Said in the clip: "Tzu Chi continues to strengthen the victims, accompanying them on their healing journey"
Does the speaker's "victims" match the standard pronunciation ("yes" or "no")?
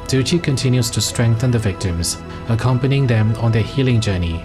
yes